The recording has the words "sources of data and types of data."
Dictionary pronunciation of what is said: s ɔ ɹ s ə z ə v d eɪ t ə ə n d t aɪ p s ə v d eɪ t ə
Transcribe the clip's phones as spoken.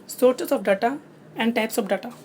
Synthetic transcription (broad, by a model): s ɔ ɹ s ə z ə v d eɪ t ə ə n d t aɪ p s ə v d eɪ t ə